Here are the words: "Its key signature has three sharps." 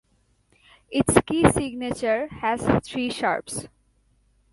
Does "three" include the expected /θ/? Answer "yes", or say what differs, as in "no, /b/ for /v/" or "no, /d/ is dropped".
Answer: no, /t/ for /θ/